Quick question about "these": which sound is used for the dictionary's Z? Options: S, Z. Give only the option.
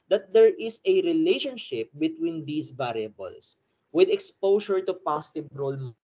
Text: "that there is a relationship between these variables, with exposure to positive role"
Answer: S